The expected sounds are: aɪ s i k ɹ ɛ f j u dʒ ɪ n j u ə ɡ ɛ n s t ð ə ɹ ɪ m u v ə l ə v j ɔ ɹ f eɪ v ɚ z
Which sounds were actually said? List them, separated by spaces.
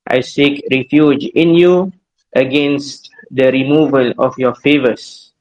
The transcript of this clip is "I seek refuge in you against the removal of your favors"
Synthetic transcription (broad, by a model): aɪ s i k ɹ ɛ f j u dʒ ɪ n j u ə ɡ ɛ n s t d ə ɹ ɪ m u v ə l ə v j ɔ f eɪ v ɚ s